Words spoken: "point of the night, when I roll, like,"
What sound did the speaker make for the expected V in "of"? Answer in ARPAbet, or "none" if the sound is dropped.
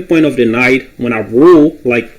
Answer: V